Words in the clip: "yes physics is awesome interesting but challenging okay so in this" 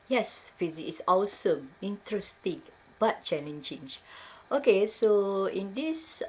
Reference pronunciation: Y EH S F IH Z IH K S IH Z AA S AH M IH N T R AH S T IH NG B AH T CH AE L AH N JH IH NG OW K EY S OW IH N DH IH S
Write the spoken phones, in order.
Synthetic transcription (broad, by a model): Y EH S F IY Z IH K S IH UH S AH M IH N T R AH S T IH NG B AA T CH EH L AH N CH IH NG OW K EY S OW IH N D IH S